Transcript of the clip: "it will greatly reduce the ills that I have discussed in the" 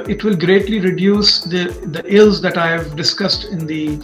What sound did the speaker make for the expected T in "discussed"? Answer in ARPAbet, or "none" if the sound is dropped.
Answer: T